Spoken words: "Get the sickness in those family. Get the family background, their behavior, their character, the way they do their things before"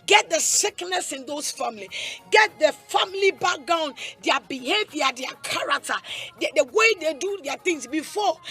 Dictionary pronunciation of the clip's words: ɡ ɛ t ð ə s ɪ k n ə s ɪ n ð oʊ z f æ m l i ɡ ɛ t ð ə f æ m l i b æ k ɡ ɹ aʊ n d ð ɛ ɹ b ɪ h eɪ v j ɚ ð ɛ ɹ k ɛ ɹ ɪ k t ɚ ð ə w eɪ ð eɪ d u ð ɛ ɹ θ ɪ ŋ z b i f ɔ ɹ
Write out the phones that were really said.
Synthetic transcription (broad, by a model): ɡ ɛ t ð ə s ɪ k n ə s ɪ n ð oʊ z f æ m l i ɡ ɛ t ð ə f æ m l i b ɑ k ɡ aʊ n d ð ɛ b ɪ h eɪ v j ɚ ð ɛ k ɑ ɹ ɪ k t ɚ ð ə w eɪ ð eɪ d u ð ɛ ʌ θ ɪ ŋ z b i f ɔ